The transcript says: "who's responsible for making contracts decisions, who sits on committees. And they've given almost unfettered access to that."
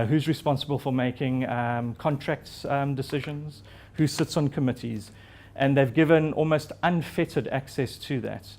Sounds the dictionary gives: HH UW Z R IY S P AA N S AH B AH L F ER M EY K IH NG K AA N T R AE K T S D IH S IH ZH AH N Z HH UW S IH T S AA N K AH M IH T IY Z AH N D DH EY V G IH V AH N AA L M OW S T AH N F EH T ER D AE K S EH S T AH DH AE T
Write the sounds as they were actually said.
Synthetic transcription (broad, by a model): HH UW Z R IY S P AA N S AH B AH L F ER M EY K IH NG K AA N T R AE K T S D IH S IH ZH AH N Z HH UW S IH T S N K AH M IH T IY Z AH N DH EY V G IH V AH N AA L M OW S T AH N F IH T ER D AE K S EH S T AH DH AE T